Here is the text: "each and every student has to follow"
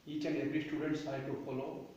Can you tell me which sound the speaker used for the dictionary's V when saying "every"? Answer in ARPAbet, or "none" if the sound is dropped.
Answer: B